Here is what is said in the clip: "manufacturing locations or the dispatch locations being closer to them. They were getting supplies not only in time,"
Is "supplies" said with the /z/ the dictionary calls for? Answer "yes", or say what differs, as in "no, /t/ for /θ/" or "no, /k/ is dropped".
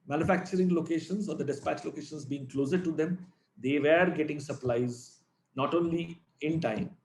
yes